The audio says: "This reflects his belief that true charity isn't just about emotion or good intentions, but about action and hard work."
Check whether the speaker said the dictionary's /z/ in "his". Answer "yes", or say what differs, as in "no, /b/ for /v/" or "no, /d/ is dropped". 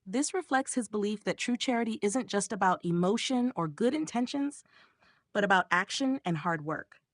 yes